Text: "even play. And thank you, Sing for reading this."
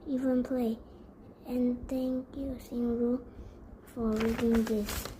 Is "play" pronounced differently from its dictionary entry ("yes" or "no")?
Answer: no